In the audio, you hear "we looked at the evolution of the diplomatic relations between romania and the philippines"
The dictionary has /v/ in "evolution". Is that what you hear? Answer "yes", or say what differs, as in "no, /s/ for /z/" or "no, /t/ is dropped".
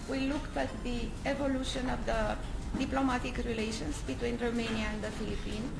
yes